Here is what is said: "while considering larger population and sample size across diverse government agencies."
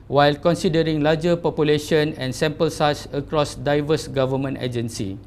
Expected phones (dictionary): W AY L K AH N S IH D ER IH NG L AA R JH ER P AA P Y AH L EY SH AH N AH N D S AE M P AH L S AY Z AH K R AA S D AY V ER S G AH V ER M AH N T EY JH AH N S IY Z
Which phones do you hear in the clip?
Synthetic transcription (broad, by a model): W AY L K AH N S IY D ER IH NG L AA JH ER P AA P Y AH L EY SH AH N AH N S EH M P AH L S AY S AH K R AA S D AY V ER S G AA V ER M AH N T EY JH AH N S IY